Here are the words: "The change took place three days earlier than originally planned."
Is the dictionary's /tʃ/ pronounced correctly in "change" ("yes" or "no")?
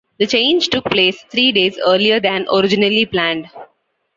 yes